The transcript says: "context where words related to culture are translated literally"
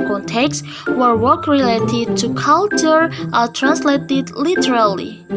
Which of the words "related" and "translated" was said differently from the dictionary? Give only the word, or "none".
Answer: none